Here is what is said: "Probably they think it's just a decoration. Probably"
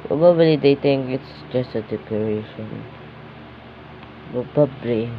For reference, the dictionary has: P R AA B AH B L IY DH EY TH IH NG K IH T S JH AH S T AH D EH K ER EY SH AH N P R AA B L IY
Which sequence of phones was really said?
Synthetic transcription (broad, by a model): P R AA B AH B L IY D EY T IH NG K IH T S JH AH S T AH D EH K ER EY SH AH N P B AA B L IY